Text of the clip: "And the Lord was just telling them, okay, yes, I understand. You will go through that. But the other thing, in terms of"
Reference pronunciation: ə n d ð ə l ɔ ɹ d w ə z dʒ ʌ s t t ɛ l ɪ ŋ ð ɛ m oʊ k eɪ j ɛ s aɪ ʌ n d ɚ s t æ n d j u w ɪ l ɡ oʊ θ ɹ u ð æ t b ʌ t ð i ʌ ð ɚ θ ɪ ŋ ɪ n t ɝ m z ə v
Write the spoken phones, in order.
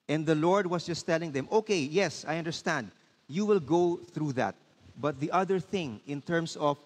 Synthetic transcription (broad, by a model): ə n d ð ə l ɔ ɹ d w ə s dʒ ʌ s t t ɛ l ɪ ŋ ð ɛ m oʊ k eɪ j ɛ s aɪ ʌ n d ɚ s t æ n d j u w ɪ l ɡ oʊ θ ɹ u ð æ t b ʌ t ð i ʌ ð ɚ θ ɪ ŋ ɪ n t ɝ m s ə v